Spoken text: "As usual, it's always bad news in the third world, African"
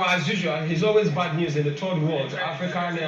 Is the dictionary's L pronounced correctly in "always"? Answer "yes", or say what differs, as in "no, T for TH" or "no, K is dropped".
yes